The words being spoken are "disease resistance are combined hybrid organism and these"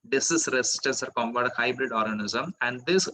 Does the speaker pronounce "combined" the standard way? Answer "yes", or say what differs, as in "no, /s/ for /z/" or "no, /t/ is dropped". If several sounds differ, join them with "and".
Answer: no, /n/ is dropped